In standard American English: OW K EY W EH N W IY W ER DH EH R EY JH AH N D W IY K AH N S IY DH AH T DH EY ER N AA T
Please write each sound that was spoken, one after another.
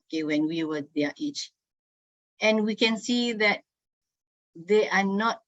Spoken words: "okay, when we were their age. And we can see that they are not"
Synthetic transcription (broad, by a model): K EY W EH N W IY W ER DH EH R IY CH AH N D W IY K AH N S IY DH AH T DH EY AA N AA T